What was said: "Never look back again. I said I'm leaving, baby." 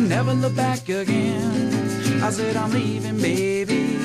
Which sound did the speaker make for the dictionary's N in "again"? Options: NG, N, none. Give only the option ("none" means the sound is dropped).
N